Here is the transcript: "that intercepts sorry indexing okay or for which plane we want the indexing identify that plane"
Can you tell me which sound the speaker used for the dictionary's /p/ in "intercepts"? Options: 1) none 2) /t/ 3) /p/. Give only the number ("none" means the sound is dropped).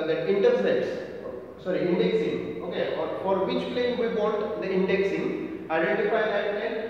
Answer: 1